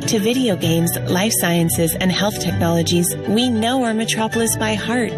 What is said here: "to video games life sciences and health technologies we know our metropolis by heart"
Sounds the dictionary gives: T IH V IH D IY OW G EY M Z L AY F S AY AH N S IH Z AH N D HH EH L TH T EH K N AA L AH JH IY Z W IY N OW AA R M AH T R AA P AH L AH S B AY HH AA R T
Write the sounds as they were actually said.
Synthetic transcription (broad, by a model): T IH V IH D IY OW G EY M Z L AY F S AY AH N S IH Z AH N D HH EH L TH T EH K N AA L AH JH IY Z W IY N OW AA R M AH T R AA P L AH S B AY HH AA R T